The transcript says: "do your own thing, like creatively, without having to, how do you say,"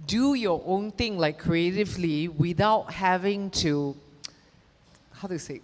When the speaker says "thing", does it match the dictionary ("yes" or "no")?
no